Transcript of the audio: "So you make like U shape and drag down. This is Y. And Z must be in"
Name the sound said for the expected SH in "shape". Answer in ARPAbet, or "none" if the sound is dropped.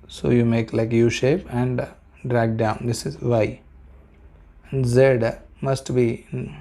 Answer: SH